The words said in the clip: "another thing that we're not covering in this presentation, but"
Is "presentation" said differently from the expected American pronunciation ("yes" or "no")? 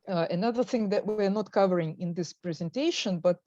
no